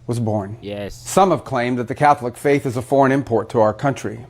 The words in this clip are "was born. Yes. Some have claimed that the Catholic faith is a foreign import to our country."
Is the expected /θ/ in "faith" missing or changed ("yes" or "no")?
no